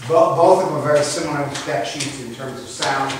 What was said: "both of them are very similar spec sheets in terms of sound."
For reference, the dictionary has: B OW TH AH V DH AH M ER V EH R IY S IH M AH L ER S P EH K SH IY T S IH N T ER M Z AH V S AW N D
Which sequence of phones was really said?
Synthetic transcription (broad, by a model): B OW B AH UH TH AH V ER V EH R IY S IH M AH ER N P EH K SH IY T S IH N T ER M Z AH V S AW N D